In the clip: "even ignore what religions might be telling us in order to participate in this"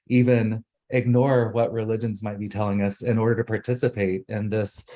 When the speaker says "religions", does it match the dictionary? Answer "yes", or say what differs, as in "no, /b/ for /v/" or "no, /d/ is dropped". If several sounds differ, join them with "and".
yes